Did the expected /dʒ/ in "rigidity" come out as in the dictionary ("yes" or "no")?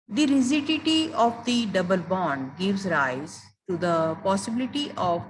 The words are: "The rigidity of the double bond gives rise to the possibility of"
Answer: no